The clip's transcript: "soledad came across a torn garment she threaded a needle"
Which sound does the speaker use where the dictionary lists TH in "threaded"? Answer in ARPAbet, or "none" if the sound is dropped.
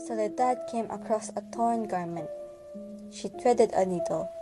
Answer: T